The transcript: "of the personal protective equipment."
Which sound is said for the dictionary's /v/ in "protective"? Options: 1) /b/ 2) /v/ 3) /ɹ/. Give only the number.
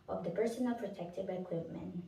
1